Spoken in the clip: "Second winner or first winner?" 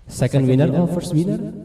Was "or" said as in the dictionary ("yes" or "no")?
no